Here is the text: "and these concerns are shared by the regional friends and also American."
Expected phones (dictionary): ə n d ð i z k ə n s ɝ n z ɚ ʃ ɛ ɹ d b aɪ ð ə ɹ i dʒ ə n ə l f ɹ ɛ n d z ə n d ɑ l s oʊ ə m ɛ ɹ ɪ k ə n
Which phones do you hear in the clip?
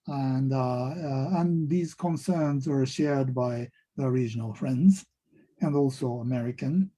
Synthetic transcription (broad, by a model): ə n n ð i z k ə n s ɝ n z ɚ ʃ ɛ ɹ d b aɪ ð ə ɹ i dʒ ə n ə l f ɹ ɛ n d z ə n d ɑ l s oʊ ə m ɛ ɹ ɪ k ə n